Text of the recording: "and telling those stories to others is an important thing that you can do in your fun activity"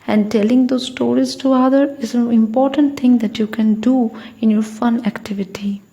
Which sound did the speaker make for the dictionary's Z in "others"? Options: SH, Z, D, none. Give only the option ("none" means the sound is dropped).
none